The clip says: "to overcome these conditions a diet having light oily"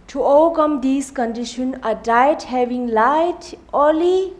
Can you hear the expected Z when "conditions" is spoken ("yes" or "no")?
no